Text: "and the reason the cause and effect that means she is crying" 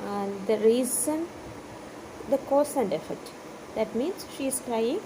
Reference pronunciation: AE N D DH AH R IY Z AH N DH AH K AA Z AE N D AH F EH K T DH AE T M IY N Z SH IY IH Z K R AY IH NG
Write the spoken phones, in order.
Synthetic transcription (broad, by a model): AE N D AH R IY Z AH N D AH K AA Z AE N D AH F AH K T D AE T M IY N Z SH IY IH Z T R AY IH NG